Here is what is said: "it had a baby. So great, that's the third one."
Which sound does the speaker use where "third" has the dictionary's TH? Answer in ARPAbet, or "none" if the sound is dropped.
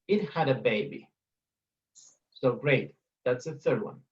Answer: TH